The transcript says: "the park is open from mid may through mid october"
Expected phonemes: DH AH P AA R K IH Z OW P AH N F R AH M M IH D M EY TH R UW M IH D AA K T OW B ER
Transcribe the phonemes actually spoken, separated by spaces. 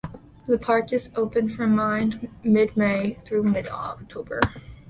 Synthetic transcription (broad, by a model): DH AH P AA R K IH Z OW P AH N F R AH M M IH D M EY TH R UW M IH D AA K T OW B ER